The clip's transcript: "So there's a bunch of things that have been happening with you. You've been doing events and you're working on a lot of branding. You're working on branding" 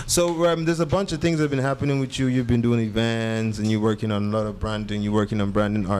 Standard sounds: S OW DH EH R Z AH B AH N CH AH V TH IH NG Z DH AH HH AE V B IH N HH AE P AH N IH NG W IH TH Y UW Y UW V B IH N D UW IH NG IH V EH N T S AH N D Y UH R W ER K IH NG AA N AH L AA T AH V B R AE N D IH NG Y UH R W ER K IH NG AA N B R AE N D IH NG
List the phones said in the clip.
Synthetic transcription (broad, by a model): S OW DH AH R Z AH B AH N CH AH V TH IH NG Z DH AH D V B IH N HH AE P AH N IH NG W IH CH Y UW Y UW V B IH N D UW IH NG IH V EH N T S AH N Y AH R W ER K IH NG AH N AH L AA T AH V B R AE N D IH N Y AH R W ER K IH NG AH N B R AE N D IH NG